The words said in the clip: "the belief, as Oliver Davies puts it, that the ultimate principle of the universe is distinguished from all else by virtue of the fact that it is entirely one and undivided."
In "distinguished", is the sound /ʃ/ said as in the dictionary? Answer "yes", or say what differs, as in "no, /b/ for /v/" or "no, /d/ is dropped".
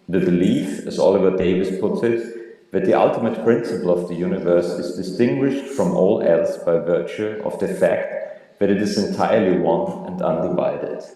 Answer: yes